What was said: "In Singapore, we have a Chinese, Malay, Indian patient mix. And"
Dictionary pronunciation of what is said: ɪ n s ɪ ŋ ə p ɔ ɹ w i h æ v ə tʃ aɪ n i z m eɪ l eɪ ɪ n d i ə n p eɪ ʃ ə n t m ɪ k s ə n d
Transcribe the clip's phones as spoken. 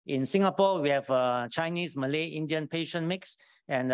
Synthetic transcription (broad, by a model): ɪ n s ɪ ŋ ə p ɔ w i h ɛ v ə tʃ aɪ n i s m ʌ l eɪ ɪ n d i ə n p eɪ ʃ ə n m ɪ k s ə n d